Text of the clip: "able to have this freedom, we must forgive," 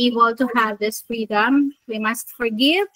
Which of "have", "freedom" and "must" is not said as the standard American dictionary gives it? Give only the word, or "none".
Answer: none